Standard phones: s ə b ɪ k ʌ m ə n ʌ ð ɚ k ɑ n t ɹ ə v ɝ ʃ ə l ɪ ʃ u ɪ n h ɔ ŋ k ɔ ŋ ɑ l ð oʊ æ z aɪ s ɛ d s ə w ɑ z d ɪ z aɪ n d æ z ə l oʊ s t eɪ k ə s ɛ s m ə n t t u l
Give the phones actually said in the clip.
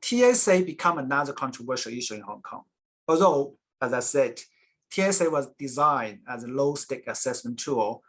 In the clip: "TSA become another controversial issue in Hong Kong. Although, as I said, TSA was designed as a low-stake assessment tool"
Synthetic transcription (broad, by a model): s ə b ɪ k ʌ m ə n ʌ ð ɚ k ɑ n t ɹ ə v ɝ ʃ ə l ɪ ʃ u ɪ n h ɔ ŋ k ɔ ŋ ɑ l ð oʊ æ z aɪ s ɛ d s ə w ɑ z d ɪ z aɪ n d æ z ə l oʊ s t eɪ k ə s ɛ s m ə n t t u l